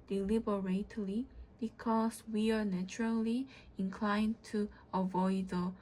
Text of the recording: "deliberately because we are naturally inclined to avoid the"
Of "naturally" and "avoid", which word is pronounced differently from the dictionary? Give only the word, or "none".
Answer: none